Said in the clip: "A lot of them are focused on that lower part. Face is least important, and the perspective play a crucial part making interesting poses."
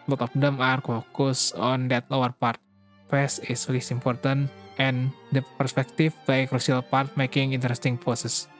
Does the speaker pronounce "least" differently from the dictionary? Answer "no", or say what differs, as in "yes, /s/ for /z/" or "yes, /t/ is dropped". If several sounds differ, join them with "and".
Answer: yes, /t/ is dropped